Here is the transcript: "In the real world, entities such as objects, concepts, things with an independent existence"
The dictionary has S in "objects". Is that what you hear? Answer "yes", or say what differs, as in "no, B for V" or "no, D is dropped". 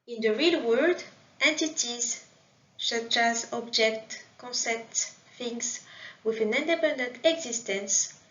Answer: no, S is dropped